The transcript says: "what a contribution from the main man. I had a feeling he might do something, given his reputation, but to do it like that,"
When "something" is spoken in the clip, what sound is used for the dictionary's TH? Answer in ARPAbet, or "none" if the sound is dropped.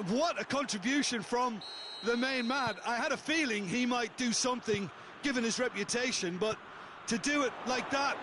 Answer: TH